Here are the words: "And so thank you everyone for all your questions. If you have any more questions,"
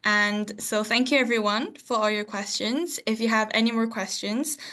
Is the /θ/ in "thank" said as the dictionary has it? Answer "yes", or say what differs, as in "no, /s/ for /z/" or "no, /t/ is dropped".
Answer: yes